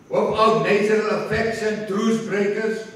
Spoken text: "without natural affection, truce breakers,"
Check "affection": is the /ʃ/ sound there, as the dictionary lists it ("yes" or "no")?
no